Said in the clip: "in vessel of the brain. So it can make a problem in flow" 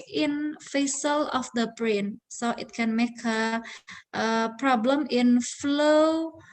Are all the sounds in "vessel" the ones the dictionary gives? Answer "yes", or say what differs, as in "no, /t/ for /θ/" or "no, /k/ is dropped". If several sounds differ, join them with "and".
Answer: no, /f/ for /v/